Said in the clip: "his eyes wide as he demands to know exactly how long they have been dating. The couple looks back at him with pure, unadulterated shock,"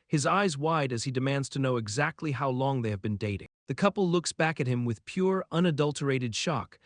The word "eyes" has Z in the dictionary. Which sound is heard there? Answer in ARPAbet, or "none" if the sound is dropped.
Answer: Z